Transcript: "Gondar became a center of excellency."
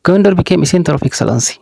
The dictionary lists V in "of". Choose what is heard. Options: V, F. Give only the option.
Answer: F